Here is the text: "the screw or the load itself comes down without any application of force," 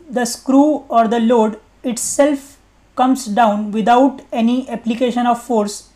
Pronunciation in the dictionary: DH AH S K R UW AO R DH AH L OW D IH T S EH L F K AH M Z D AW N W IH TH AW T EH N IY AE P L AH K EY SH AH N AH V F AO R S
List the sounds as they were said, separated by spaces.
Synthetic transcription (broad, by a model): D AH S K R UW AO R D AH L OW D IH T S EH L F K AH M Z D AW N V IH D AW T EH N IY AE P L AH K EY SH AH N AH V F AO R S